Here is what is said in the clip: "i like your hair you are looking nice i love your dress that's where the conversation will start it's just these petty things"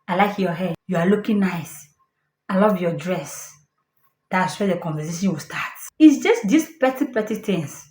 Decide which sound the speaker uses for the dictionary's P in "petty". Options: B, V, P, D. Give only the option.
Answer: P